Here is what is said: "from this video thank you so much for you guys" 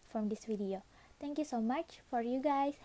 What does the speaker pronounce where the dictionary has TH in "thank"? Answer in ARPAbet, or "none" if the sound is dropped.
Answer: T